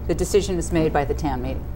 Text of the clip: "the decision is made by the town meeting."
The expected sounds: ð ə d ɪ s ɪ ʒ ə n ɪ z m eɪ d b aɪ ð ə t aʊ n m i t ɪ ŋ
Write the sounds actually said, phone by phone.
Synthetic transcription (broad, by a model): ð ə d ɪ s ɪ ʒ ə n ɪ z m eɪ d b aɪ ð ə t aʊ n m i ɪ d